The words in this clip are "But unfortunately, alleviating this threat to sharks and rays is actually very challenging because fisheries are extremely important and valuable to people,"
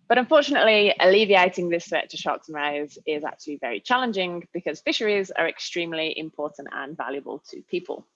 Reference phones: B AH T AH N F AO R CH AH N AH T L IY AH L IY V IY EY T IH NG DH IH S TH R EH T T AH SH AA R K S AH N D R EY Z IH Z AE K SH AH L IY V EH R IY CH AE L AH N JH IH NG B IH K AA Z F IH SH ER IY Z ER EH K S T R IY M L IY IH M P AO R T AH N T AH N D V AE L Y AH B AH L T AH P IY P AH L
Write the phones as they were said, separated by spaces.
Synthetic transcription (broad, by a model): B AH T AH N F AO CH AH N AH T L IY AH L IY V IY EY T IH NG DH IH S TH R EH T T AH SH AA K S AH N R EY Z IH Z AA K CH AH L IY V EH R IY CH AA L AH N JH IH NG B IH K AA Z F IH SH ER IY Z ER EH K S T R IY M L IY IH M P AO T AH N T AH N V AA L Y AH B AH L T AH P IY P AH L